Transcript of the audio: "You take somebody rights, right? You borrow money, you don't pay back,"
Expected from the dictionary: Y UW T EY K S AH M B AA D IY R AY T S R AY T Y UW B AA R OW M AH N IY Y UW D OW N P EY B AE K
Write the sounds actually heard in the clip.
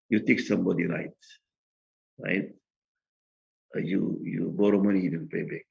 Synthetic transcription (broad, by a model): Y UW T EY K S AH M B AA D IY R AY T R AY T Y UW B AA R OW M AH N IY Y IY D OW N P EY B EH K